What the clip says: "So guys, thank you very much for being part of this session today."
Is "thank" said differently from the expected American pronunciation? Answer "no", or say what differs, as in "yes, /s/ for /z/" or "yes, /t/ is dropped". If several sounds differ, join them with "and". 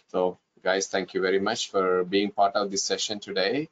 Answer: yes, /t/ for /θ/